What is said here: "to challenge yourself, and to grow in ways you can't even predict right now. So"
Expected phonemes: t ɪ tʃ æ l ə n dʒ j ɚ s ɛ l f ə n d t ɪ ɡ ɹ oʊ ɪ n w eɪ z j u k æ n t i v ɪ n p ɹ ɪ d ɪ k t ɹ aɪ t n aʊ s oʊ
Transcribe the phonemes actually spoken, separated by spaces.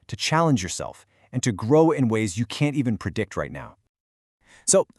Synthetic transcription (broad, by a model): t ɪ tʃ æ l ə n dʒ j ɚ s ɛ l f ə n t ɪ ɡ ɹ oʊ ɪ n w eɪ z j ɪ k æ n t i v ɪ n p ɹ ɪ d ɪ k t ɹ aɪ t n aʊ s oʊ